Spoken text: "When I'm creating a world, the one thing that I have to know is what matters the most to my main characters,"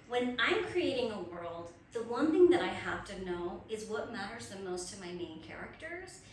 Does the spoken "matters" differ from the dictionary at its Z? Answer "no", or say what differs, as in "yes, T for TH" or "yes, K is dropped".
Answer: no